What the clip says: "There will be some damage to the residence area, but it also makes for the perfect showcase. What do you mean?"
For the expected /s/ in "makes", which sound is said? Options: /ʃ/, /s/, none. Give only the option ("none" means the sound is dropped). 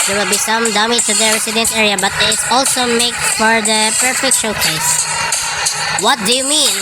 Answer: none